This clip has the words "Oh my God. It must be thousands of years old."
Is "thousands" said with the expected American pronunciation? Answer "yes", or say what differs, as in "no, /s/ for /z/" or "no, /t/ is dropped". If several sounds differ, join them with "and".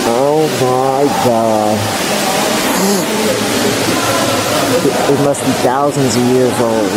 yes